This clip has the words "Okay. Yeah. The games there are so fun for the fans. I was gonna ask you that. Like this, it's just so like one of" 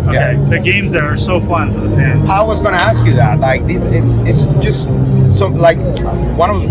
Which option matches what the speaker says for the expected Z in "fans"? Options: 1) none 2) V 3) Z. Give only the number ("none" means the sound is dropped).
1